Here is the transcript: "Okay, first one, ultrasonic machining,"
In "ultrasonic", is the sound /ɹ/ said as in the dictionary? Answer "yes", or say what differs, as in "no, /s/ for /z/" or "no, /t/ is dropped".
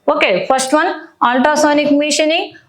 no, /ɹ/ is dropped